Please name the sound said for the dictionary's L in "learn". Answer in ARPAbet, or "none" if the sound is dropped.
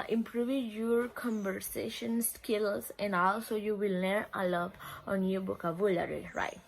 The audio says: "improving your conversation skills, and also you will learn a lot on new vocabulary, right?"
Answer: N